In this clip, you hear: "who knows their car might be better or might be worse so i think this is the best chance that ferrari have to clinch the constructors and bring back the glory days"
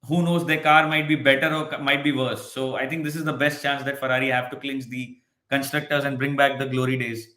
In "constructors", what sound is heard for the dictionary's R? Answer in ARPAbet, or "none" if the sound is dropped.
R